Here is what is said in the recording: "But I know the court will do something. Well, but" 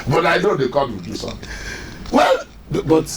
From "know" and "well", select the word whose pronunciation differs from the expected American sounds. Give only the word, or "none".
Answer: none